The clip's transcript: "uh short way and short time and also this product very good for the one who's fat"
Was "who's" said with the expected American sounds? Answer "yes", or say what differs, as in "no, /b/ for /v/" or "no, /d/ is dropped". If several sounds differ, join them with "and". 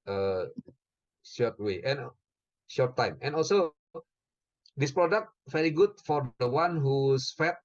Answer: no, /s/ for /z/